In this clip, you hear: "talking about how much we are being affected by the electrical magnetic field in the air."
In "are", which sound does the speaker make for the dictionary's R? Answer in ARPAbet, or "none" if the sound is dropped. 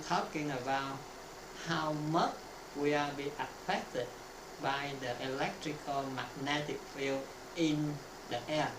L